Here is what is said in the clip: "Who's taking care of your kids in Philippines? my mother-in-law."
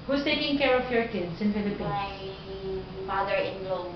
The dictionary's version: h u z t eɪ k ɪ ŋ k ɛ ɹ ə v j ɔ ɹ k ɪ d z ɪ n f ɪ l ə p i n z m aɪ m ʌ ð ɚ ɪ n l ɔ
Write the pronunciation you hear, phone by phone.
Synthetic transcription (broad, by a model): h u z t eɪ k ɪ ŋ k ɛ ɹ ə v j ɔ ɹ k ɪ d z ɪ n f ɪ l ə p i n m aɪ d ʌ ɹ ɪ n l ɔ